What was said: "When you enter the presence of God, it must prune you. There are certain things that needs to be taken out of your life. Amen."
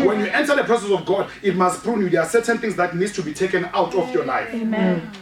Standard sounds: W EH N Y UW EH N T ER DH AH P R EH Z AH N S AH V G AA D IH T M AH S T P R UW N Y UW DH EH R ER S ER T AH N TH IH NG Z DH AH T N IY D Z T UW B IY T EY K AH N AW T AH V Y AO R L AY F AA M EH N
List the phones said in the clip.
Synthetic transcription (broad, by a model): W EH N Y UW EH N T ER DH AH P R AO S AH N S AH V G AA D IH T M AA S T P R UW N Y UW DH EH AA S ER T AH N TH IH NG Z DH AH T N IY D S T UW B IY T EY K AH N AW T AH F Y AO L AY F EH